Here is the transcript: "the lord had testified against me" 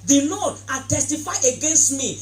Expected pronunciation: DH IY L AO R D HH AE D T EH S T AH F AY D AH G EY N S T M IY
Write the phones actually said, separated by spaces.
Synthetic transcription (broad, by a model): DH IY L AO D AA T EH S T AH F AY AH G EY N S T M IY